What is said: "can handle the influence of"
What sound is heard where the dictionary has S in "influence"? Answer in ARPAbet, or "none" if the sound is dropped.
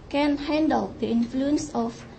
S